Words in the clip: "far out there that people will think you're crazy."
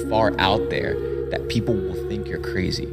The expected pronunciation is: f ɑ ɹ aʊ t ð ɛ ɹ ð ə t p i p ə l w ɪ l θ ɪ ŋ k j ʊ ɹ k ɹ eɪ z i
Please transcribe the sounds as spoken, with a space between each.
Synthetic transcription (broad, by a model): f ɑ ɹ aʊ t ð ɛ ɹ ð ə t p i p l w ɪ l θ ɪ ŋ k j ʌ ɹ k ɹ eɪ z i